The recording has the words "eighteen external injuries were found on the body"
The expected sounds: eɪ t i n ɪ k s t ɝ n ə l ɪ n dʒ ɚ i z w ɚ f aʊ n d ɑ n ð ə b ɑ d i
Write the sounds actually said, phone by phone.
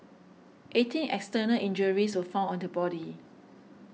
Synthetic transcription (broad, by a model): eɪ t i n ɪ k s t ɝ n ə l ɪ n dʒ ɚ i s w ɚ f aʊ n ɑ n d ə b ɑ d i